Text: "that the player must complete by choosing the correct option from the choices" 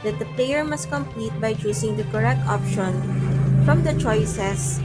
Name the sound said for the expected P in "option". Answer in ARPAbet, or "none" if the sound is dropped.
P